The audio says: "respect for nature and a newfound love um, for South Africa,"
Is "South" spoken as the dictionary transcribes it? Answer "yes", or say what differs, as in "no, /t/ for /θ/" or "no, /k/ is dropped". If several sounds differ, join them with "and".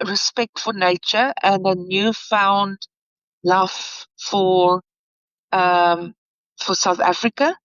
yes